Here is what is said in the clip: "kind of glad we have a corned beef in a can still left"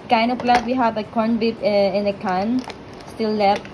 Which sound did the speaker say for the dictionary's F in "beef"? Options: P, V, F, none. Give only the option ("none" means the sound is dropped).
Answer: P